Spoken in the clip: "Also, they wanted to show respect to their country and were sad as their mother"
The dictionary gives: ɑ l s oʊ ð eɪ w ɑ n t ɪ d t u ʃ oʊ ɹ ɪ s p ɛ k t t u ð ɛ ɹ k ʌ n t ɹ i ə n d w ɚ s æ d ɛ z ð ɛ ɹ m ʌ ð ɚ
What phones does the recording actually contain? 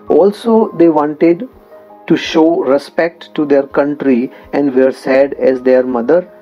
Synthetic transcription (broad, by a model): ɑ l s oʊ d eɪ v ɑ n t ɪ d t u ʃ oʊ ɹ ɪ s p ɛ k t t u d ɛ ɹ k ʌ n t ɹ i ə n d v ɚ s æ d ɛ z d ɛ ɹ m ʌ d ɚ